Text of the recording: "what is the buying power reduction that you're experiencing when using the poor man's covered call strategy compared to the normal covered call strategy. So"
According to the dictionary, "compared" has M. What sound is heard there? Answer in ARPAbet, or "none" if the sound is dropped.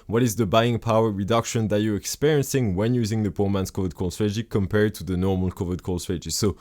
M